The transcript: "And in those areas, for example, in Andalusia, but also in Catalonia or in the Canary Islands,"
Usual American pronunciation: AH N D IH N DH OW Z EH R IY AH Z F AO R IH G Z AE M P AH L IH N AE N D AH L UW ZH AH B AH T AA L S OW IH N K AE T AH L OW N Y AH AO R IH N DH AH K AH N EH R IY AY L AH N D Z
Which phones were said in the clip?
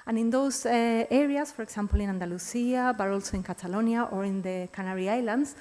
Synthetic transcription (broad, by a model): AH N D IH N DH OW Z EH R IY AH S F AO R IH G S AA M P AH L IH N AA N D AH L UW S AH B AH T AA L S OW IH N K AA T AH L OW N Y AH AO R IH N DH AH K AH N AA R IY AY L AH N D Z